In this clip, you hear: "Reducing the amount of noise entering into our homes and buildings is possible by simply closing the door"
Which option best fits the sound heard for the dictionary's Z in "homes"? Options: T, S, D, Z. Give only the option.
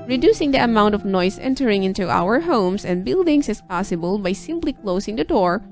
S